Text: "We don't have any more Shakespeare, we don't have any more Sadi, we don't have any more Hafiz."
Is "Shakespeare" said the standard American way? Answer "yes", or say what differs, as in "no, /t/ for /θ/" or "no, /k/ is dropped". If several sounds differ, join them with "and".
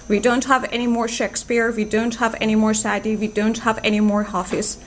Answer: yes